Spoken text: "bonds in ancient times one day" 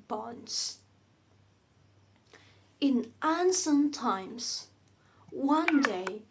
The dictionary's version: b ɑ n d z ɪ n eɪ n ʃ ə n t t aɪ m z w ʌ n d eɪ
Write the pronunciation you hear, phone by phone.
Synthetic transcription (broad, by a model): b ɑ n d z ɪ n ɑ n s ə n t t aɪ m z w ʌ n d eɪ